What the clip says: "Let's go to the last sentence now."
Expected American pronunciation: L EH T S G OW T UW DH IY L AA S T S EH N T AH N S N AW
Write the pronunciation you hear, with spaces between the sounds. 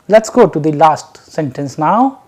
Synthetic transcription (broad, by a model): L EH T S G OW T UW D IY L AA S T S EH N T AH N S N AW